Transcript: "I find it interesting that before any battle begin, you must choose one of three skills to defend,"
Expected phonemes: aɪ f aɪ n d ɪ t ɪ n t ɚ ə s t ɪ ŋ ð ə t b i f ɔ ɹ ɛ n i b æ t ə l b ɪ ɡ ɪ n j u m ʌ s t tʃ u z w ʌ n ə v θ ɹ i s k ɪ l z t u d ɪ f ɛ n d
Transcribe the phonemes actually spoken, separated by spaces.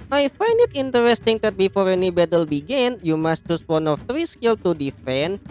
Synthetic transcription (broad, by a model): aɪ f aɪ n d ɪ t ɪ n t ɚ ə s t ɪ ŋ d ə t b i f ɔ ɹ ɛ n i b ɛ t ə l b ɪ ɡ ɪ n j u m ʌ s t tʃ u s w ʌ n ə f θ ɹ i s k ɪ l t u d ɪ f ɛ n